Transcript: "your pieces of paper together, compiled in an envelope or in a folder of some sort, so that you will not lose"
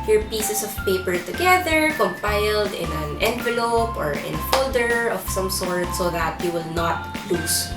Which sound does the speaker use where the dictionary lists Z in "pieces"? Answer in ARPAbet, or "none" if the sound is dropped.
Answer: S